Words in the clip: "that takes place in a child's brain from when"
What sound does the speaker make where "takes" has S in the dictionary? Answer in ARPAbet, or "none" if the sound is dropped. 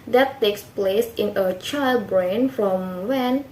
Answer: S